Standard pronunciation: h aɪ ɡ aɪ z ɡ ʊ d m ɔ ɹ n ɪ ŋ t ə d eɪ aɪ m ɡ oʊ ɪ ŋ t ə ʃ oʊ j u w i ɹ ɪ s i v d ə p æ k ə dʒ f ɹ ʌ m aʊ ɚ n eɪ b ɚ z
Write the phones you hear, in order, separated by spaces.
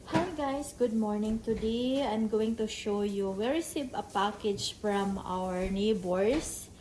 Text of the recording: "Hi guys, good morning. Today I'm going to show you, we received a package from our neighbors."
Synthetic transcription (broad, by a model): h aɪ ɡ aɪ s ɡ ʊ d m ɔ ɹ n ɪ ŋ t ə d eɪ aɪ m ɡ oʊ ɪ ŋ t ə ʃ oʊ j u w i ɹ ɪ s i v ə p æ k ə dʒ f ɹ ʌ m aʊ ɚ n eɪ b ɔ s